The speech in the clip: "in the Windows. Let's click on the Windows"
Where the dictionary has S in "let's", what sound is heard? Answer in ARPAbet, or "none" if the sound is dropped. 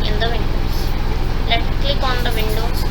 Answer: none